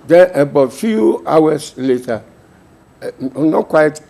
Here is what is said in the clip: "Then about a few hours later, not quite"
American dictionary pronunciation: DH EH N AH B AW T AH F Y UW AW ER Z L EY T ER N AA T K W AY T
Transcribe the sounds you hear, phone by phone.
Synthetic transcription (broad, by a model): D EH N AH B AW T F Y UW AW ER S L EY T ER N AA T K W AY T